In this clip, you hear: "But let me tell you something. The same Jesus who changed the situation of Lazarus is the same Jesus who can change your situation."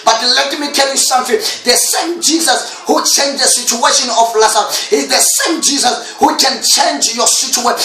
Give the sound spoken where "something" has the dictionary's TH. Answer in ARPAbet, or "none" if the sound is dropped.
F